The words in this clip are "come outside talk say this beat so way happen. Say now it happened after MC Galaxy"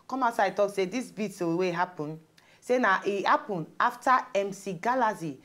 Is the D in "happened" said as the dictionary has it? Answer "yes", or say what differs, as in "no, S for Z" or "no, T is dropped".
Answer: no, D is dropped